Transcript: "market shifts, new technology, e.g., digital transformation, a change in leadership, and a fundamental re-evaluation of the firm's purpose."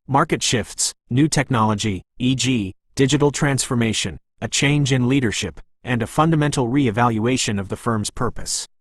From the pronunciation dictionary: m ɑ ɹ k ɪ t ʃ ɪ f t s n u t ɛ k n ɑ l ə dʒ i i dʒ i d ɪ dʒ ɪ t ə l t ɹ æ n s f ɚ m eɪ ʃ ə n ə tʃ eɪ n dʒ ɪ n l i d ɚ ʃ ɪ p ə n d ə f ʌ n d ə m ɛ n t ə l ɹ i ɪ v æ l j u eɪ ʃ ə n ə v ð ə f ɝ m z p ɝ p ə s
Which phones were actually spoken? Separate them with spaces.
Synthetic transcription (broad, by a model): m ɑ ɹ k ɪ t ʃ ɪ f t s n u t ɛ k n ɑ l ə dʒ i i dʒ i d ɪ dʒ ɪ t l t ɹ æ n s f ɚ m eɪ ʃ ə n ə tʃ eɪ n dʒ ɪ n l i d ɚ ʃ ɪ p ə n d ə f ʌ n d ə m ɛ n t l ɹ i ɪ v æ l j u eɪ ʃ ə n ə v ð ə f ɝ m z p ɝ p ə s